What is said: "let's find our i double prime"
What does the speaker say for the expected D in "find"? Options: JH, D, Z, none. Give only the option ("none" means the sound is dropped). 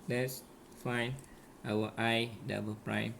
none